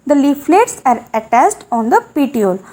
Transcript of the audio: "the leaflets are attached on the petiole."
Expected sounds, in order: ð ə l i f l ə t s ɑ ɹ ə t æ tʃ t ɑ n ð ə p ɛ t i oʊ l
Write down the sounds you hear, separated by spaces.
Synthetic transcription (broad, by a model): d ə l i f l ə t s ɑ ɹ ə t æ s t ɑ n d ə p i t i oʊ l